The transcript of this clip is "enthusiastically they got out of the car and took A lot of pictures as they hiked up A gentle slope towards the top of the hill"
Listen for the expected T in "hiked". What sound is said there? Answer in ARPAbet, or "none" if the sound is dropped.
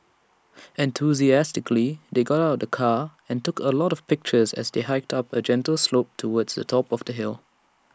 T